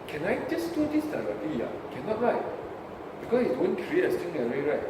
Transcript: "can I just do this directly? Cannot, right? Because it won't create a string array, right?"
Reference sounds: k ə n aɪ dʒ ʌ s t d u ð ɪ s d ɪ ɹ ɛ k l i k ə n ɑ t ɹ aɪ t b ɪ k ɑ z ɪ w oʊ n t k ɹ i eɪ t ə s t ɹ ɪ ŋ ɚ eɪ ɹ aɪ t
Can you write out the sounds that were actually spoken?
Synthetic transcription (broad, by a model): k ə n aɪ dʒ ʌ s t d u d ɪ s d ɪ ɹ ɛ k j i k ə n ɑ t ɹ aɪ t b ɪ k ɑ s ɪ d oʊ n k ɹ i eɪ t ə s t ɪ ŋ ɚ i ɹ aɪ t